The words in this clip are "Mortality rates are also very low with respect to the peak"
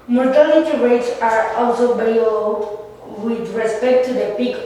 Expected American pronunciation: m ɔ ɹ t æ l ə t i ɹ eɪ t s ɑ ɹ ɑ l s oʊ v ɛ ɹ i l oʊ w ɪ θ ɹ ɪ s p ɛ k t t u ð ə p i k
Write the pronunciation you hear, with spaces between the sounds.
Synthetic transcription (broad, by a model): m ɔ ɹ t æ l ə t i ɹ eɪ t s ɑ ɹ ɑ l s oʊ b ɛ l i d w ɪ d ɹ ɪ s p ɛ k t t u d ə p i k